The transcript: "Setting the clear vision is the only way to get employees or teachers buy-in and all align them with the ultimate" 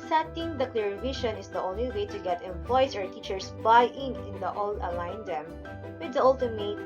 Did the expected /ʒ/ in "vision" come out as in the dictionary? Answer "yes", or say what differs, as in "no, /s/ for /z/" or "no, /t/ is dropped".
no, /ʃ/ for /ʒ/